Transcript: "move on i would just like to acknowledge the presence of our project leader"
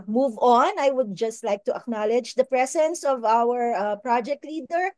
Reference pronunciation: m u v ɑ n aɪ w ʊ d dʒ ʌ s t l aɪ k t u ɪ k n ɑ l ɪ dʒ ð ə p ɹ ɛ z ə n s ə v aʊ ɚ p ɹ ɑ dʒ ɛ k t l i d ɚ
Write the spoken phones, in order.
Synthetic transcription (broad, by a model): m u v ɑ n aɪ w ʊ d dʒ ʌ s t l aɪ k t u ɪ k n ɑ l ɪ dʒ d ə p ɹ ɛ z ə n s ə v aʊ ɚ p ɹ ɑ dʒ ɛ k t l i d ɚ